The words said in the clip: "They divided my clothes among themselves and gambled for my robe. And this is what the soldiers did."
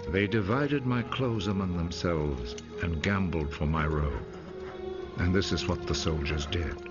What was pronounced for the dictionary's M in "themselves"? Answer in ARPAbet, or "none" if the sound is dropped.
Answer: M